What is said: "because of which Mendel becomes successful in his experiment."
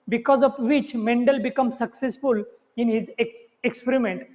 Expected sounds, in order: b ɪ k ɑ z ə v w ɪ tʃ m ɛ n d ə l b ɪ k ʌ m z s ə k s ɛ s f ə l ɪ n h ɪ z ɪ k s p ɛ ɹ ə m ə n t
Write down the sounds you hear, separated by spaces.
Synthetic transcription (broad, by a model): b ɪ k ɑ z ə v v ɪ tʃ m ɛ n d ə l b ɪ k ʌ m s ə k s ɛ s f ə l ɪ n h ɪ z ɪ k s p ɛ ɹ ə m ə n t